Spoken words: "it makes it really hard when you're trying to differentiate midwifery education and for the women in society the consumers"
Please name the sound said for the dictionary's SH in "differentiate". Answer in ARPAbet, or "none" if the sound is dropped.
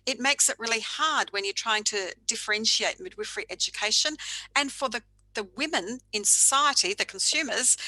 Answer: SH